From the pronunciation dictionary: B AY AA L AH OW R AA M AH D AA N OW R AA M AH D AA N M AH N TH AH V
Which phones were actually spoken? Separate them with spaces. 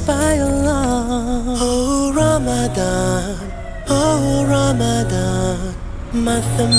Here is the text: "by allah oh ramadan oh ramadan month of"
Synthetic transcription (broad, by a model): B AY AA L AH OW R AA M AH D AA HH OW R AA M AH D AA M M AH TH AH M